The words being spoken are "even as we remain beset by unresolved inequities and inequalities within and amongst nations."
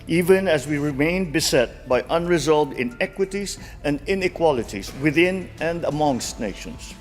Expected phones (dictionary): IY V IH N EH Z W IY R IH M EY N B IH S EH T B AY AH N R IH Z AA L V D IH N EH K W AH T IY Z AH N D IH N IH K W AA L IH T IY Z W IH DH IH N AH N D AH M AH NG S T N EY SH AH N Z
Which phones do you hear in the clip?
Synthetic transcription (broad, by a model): IY V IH N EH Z W IY R IH M EY N B IH S EH T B AY AH N R IH Z AA L V D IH N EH K W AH T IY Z AH N D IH N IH K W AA L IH T IY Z W IH DH IH N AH N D AH M AH NG S T N EY SH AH N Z